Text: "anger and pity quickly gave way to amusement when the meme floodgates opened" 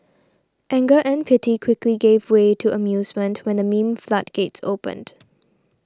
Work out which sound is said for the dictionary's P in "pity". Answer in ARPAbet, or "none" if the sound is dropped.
P